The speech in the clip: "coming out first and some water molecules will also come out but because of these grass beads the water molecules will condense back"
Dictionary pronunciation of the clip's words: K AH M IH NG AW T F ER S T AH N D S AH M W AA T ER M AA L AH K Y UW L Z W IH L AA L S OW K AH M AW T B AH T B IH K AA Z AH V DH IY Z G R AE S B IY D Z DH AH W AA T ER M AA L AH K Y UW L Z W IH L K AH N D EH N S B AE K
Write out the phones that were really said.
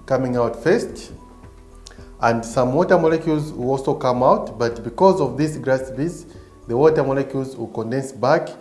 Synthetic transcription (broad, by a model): K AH M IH NG AW T F ER S T AH N D S AH M W AA T ER M AA L AH K Y UW L Z W IH L AA L S OW K AH M AW T B AH T B IH K AA Z AH V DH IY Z G R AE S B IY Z DH AH W AA T ER M AA L AH K Y UW L Z W IH L K AH N D EH N S B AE K